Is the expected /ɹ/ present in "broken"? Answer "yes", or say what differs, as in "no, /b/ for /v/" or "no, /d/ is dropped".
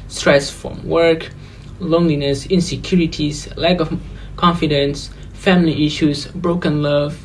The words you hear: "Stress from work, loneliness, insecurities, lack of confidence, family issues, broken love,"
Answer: yes